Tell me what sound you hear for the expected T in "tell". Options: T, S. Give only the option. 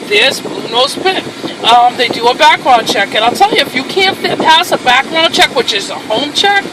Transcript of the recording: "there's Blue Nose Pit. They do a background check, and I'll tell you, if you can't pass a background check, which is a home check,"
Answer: T